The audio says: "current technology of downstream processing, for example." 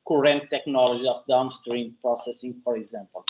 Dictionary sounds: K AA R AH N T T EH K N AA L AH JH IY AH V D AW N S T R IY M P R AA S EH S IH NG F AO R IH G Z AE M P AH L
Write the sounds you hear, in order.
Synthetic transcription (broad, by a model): K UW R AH N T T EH K N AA L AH ZH IY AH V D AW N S T R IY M P R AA S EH S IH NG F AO R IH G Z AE M P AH L